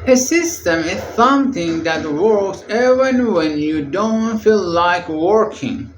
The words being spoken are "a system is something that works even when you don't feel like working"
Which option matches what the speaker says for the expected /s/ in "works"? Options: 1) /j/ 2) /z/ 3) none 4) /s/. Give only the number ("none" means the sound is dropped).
4